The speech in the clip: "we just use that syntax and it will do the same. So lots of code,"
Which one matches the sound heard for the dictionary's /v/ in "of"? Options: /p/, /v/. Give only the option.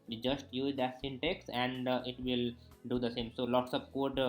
/p/